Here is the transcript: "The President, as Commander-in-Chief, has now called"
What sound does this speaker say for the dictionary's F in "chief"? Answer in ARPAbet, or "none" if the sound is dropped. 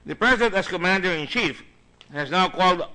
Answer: F